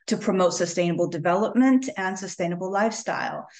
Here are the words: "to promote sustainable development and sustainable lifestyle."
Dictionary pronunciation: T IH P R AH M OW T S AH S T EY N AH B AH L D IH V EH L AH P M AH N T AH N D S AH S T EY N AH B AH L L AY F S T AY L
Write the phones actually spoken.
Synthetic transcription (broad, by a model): T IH P R AH M OW T S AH S T EY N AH B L D IH V EH L AH P M AH N T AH N S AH S T EY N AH B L L AY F S T AY L